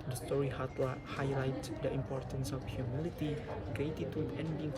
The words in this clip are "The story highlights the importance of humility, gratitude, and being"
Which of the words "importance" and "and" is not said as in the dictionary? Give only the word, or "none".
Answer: none